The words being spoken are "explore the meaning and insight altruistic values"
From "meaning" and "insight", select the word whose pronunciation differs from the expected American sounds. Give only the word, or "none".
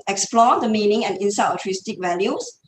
insight